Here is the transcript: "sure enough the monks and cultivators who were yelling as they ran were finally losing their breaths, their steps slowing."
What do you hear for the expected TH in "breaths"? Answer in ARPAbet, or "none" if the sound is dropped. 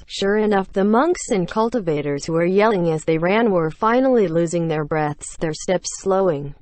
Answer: TH